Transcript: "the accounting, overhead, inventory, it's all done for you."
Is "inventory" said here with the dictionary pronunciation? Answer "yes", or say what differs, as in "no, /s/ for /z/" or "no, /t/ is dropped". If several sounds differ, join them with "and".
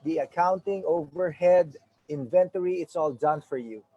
yes